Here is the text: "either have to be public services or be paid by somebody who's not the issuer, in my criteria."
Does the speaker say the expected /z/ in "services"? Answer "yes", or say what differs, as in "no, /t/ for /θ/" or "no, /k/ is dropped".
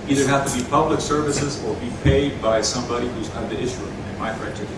yes